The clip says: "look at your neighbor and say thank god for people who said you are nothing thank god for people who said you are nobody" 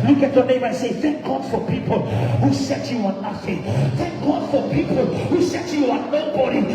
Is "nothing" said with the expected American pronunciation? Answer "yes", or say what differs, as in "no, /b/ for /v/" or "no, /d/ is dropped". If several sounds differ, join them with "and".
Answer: no, /f/ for /θ/